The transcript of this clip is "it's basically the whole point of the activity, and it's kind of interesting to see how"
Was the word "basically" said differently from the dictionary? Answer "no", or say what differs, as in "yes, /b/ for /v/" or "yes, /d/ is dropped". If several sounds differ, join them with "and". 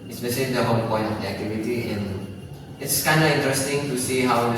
yes, /ʃ/ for /s/ and /k/ is dropped